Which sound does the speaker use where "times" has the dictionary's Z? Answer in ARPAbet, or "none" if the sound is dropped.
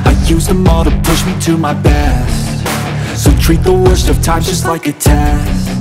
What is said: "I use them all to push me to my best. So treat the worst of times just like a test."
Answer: none